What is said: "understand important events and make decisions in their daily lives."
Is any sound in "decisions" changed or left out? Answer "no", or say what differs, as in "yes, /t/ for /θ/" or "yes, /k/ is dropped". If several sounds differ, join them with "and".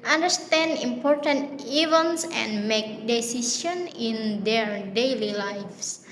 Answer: yes, /s/ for /ʒ/ and /z/ is dropped